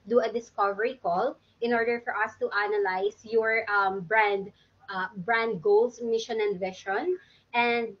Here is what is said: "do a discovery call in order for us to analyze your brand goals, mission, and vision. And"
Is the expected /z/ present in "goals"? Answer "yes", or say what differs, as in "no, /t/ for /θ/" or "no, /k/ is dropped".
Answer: no, /s/ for /z/